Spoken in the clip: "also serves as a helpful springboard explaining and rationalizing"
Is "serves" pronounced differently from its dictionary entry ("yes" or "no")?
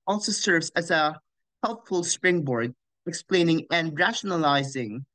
no